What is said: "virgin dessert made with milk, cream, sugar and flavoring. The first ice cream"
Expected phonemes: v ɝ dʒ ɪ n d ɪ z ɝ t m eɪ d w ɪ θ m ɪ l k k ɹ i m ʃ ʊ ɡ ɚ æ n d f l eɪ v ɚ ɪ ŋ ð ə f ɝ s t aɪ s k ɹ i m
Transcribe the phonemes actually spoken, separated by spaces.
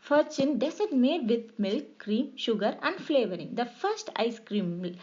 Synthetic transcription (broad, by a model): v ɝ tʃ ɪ n d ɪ s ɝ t m eɪ d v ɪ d m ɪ l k k ɹ i m ʃ ʊ ɡ ɚ æ n d f l eɪ v ɚ ɪ ŋ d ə f ɝ s t aɪ s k ɹ i m